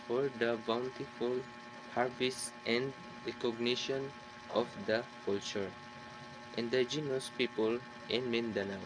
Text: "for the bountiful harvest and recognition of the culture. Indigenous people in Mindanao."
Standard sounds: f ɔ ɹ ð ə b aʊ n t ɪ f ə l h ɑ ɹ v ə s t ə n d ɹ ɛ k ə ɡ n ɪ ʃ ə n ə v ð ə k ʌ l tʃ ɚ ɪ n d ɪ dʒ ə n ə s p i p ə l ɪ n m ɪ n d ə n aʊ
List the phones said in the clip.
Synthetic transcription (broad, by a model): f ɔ ɹ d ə b aʊ n t ɪ f ə l h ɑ ɹ b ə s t ə n d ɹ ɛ k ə ɡ n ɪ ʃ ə n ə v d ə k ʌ l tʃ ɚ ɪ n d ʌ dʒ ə n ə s p i p ə l ɪ n m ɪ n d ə n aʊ